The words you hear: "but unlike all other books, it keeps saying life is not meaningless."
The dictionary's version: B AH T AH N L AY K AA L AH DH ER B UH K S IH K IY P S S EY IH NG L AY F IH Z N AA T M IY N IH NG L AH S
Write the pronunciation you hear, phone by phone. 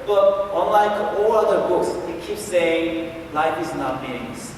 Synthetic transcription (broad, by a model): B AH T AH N L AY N AA L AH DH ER B UH K S IH K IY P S S EY IH NG L AY F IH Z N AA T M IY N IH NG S